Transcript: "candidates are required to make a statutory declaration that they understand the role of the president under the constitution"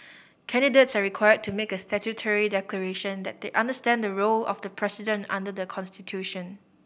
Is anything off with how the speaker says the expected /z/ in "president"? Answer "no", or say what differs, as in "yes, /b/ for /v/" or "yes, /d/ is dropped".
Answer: yes, /s/ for /z/